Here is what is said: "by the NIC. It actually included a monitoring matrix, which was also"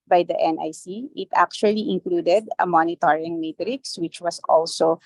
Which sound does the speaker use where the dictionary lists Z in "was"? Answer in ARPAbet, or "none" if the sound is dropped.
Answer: S